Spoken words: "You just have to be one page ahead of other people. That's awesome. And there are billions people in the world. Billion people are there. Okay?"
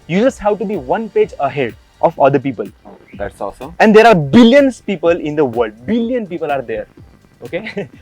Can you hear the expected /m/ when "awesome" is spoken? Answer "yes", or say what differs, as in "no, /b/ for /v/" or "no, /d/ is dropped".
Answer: no, /m/ is dropped